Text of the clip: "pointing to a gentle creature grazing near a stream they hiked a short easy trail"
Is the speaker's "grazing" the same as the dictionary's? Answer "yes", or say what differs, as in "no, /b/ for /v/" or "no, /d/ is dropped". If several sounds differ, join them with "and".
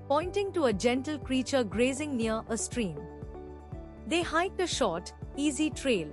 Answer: yes